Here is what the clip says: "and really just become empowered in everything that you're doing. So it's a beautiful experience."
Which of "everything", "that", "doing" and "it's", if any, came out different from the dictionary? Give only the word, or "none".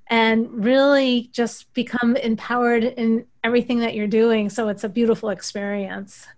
none